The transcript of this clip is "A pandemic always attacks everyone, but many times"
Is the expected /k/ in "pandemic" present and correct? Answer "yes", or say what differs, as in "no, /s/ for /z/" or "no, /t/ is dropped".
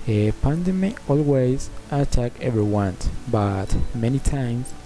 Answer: no, /k/ is dropped